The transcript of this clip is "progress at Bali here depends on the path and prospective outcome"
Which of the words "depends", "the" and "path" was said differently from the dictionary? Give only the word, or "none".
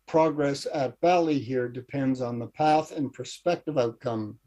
none